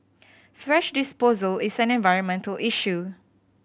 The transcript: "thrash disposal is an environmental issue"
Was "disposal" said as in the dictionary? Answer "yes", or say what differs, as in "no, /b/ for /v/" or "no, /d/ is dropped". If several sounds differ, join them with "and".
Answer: yes